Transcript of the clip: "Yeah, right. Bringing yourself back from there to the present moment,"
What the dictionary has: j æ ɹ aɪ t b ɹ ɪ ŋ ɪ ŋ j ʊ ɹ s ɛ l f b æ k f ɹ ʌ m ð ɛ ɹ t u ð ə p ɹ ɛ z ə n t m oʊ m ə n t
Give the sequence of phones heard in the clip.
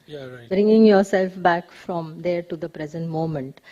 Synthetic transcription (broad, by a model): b ɹ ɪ ŋ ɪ ŋ j ʊ ɹ s ɛ l f b æ k f ɹ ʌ m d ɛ ɹ t u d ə p ɹ ɛ z ə n t m oʊ m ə n t